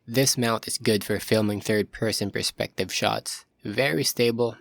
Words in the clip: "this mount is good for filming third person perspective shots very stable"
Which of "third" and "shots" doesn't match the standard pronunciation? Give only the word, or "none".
none